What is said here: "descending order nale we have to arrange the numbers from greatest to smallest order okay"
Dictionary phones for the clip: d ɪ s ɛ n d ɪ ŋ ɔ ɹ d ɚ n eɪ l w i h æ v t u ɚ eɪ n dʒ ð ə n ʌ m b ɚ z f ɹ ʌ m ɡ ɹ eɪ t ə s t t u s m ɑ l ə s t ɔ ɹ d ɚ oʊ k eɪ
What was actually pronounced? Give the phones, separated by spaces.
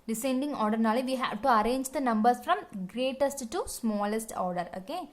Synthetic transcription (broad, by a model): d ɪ s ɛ n d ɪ ŋ ɔ ɹ d ɚ n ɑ l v i h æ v t u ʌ eɪ n dʒ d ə n ʌ m b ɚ s f ɹ ʌ m ɡ ɹ eɪ t ə s t t u s m ɑ l ə s t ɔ ɹ d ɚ oʊ k eɪ